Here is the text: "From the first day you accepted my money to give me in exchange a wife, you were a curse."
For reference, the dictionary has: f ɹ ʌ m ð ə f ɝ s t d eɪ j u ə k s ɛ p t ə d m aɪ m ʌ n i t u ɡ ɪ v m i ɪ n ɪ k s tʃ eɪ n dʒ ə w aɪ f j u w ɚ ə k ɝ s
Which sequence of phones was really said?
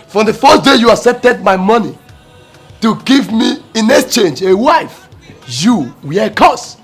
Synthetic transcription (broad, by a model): f ɹ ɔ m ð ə f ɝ s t d eɪ j u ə s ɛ t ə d m aɪ m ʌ n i t u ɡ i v m i ɪ n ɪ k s tʃ eɪ n dʒ ə w aɪ f j u w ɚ ə k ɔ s